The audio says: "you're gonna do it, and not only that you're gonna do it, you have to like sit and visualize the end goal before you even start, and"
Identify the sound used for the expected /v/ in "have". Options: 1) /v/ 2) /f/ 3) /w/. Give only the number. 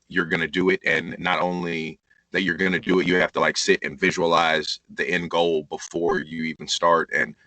2